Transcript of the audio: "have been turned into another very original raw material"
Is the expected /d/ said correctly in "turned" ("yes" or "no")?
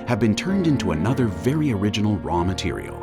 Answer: yes